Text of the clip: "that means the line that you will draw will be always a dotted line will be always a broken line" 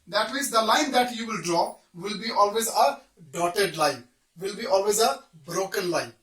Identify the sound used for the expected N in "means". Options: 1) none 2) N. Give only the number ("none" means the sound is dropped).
1